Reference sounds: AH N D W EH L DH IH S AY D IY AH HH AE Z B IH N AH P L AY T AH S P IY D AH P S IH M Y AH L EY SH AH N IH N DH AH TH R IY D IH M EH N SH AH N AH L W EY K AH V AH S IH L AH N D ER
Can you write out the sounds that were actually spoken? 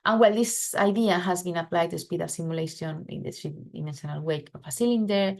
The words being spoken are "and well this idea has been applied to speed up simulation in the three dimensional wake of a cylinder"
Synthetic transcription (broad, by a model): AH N W EH L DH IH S AY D IY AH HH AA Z B IH N AH P L AY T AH S P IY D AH F S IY M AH L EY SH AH N IH N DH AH T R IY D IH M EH N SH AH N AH L W EY K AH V AH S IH L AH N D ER